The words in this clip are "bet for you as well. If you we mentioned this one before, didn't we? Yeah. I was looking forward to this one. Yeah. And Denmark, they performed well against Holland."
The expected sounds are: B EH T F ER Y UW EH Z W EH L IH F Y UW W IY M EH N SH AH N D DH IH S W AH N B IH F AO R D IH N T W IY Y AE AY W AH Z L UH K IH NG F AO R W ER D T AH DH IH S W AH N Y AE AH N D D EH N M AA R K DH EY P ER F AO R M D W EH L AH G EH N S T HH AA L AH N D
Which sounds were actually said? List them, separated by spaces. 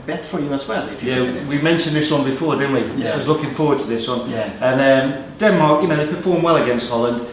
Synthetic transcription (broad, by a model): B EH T F ER Y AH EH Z W EH L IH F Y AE W IY M EH N SH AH N DH IH S W AH N B IH F AO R D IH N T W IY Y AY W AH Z L UH K IH NG F AO W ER D T AH DH IH S W AH N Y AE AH N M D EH N M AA R K DH EY P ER F AO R M W EH L AH G EH N S T HH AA L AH N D